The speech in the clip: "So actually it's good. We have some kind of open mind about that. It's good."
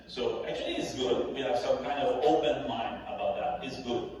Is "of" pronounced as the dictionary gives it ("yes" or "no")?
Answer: yes